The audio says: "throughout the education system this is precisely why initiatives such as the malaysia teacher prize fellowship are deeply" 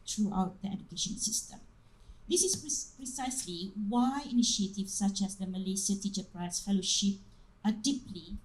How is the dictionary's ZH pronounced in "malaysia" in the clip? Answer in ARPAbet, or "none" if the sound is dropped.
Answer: S